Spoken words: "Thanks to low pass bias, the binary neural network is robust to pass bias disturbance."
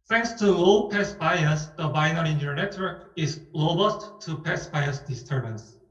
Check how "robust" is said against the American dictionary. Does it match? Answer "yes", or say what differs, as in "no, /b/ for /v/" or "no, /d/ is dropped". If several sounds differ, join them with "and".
no, /l/ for /ɹ/